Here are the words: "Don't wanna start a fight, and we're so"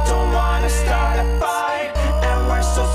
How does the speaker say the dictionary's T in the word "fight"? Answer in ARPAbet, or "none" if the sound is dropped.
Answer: none